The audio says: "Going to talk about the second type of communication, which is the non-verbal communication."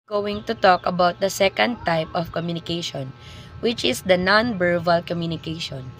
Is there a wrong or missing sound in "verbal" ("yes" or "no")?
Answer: yes